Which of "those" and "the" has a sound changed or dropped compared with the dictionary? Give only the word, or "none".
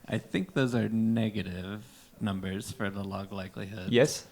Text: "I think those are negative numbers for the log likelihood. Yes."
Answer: none